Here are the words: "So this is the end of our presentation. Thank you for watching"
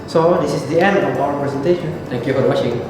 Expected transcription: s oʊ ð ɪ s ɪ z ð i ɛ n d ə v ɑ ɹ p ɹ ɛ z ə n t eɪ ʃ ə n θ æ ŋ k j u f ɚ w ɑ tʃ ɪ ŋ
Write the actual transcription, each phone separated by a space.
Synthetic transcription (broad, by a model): s oʊ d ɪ s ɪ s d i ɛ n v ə p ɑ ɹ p ɹ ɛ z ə n t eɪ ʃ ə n t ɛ ŋ k j u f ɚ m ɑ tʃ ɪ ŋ